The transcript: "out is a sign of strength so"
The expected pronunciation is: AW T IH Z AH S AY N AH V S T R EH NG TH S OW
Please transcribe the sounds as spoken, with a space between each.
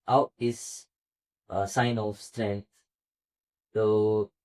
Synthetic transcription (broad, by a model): AW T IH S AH S AY N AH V S T R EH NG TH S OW